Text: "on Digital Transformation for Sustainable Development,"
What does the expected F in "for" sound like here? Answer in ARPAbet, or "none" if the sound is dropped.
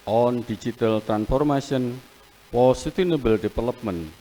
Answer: P